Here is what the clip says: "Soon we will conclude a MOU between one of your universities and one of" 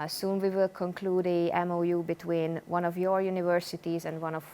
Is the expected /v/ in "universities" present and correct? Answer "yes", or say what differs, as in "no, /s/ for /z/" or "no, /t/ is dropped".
yes